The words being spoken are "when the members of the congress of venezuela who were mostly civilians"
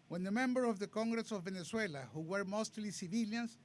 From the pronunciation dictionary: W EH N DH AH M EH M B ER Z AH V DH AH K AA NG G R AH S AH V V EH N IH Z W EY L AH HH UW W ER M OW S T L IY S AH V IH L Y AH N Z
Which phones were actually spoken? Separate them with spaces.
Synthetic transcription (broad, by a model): W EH N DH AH M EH M B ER AH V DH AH K AA NG G R AH S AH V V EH N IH S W EY L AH HH UW W ER M OW S T L IY S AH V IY L Y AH N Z